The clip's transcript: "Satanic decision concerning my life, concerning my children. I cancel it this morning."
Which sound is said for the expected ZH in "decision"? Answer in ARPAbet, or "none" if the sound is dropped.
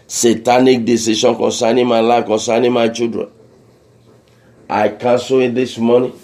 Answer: SH